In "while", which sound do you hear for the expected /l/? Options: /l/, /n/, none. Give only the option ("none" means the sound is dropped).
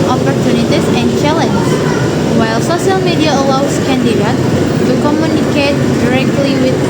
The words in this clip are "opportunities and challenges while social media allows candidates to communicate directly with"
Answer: /l/